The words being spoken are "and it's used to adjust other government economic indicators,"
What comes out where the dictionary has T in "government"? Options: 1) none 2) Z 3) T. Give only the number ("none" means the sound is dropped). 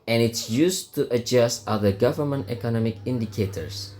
3